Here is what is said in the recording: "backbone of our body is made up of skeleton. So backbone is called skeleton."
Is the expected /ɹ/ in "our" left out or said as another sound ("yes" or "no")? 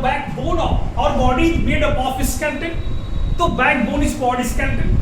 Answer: no